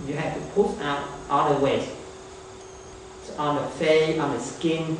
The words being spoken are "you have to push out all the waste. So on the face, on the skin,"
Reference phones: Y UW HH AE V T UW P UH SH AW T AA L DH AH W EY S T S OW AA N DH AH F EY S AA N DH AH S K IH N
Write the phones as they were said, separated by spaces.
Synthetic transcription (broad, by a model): Y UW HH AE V T UW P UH S AW T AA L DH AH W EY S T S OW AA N DH AH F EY AA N DH AH S K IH N